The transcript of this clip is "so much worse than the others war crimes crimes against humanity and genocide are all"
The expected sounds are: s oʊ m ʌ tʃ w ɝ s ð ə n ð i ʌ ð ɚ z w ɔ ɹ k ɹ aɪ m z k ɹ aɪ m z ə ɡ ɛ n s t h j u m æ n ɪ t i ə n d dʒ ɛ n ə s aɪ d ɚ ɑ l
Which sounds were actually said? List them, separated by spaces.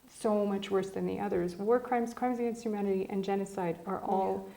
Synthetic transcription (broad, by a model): s oʊ m ʌ tʃ w ɝ s ð ə n ð i ʌ ð ɚ z w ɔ ɹ k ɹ aɪ m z k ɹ aɪ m z ə ɡ ɛ n s t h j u m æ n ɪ t i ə n dʒ ɛ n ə s aɪ d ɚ ɑ l